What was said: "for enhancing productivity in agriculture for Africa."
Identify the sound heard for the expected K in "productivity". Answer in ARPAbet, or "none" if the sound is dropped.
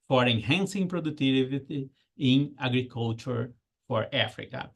none